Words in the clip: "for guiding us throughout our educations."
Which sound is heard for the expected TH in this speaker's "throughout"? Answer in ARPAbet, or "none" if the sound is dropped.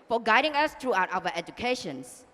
T